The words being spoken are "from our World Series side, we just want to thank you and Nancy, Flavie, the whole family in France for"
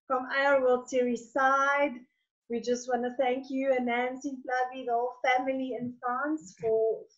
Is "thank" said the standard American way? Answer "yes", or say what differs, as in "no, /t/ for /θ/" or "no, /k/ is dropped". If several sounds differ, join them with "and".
yes